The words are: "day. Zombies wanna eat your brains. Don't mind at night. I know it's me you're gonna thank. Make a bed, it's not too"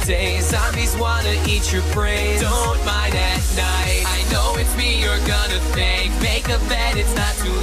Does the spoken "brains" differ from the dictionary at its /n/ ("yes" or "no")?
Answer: yes